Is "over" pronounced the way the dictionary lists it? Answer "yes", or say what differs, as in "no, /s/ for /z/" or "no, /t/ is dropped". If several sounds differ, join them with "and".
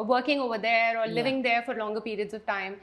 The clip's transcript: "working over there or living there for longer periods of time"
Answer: yes